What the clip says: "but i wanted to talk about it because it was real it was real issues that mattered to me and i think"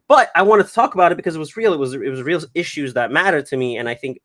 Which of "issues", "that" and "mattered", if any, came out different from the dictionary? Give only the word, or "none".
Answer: none